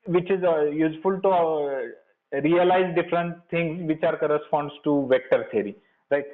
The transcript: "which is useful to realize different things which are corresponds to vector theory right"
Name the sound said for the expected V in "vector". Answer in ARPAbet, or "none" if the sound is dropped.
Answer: V